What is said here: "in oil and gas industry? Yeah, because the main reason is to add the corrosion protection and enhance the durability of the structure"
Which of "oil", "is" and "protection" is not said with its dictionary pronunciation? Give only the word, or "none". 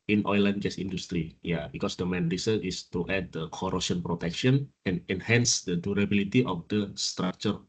is